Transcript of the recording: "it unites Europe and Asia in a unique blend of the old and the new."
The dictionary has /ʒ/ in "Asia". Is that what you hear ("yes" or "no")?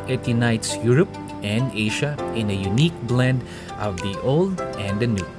no